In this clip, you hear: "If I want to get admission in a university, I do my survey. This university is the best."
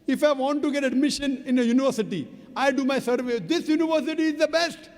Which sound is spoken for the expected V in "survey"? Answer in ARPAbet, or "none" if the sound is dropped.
V